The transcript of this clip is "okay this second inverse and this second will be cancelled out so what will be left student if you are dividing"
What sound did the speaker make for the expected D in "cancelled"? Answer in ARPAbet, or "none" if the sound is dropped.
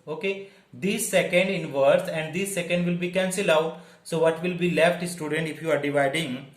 none